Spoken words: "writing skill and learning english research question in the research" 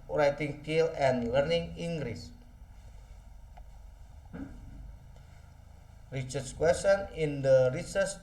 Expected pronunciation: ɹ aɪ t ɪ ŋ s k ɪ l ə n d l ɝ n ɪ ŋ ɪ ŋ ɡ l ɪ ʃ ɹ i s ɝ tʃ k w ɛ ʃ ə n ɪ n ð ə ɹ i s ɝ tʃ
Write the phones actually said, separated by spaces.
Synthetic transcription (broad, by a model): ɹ aɪ t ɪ ŋ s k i l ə n l ɝ n ɪ ŋ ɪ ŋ ɡ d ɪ s ɹ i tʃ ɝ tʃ k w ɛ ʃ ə n ɪ n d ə ɹ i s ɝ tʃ